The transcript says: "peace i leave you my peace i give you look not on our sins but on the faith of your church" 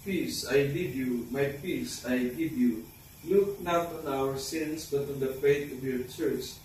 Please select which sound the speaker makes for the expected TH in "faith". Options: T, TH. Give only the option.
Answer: T